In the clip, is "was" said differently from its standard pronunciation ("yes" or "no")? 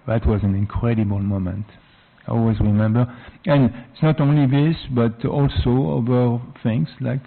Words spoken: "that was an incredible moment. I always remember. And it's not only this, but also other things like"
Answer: no